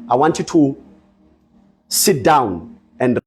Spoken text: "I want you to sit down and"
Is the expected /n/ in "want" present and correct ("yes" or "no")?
yes